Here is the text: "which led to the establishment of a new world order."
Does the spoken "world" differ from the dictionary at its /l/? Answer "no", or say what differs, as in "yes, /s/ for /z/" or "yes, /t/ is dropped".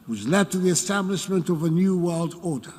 no